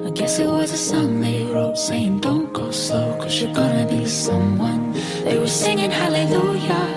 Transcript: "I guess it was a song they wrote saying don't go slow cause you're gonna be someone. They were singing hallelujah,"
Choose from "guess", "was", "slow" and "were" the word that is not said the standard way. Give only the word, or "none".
slow